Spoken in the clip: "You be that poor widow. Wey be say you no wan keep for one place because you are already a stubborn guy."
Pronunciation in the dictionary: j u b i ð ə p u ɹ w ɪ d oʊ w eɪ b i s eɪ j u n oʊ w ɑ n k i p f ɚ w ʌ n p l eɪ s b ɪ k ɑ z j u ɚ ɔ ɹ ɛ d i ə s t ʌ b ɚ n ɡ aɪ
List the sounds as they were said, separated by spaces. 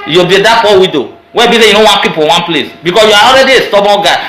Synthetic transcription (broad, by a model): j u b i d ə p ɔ w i d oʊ w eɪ b i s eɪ j u n oʊ w ɑ n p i p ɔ w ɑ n p l eɪ s b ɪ k ɑ s j u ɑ ɔ ɹ ɛ d i ə s t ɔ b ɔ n ɡ aɪ